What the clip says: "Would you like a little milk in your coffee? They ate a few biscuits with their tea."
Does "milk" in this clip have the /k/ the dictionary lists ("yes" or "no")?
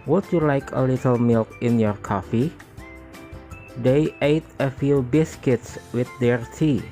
yes